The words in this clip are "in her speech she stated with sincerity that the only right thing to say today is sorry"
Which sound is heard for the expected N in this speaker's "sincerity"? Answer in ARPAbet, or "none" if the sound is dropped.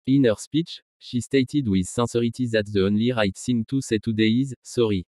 none